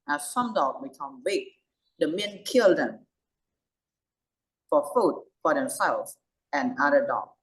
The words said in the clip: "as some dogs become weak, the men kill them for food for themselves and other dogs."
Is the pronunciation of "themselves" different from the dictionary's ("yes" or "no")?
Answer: yes